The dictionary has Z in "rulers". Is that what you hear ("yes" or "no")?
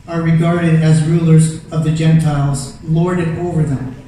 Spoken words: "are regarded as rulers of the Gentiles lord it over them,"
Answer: yes